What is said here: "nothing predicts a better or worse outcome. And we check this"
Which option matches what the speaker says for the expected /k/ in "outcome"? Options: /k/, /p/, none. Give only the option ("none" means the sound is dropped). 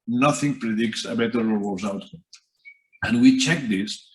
none